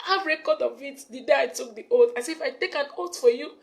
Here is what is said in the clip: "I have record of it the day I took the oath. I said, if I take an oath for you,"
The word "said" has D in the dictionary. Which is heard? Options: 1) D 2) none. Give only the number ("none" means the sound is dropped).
2